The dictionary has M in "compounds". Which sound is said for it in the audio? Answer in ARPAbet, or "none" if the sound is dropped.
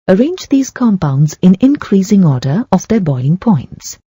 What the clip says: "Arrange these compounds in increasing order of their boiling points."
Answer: M